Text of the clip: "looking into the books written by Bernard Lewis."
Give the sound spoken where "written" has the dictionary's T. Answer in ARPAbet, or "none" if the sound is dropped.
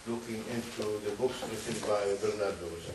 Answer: S